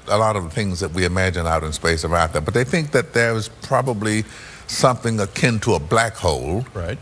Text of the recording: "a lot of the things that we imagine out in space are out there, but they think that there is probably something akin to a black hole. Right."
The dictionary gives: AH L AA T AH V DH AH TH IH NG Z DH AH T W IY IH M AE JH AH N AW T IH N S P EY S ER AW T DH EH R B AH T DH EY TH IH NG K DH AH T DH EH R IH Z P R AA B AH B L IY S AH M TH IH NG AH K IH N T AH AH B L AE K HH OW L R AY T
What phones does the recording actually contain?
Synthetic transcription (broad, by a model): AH L AA T AH V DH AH TH IH NG Z DH AH T W IY IH M AE JH AH N AW T IH N S P EY S ER AW T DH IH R B AH T DH EY TH IH NG K DH AH T DH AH R IH Z P R AA B AH B L IY S AH M TH IH NG AH K IH N T AH AH B L AE K HH OW L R AY T